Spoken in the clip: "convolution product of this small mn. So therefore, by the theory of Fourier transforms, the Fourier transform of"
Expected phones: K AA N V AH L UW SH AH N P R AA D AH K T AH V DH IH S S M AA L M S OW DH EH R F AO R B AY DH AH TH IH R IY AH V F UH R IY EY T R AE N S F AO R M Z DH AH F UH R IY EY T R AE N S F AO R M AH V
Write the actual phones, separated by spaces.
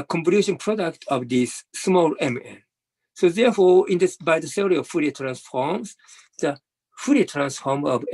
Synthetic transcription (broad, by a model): K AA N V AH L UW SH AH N P R AA D AH K T AH V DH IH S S M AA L M S OW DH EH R F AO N B AY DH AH S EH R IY AH V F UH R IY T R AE N S F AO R M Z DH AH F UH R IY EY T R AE N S F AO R M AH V